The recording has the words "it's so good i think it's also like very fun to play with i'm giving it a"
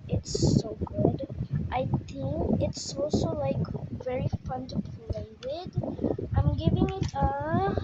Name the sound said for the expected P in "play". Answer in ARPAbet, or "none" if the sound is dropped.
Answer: F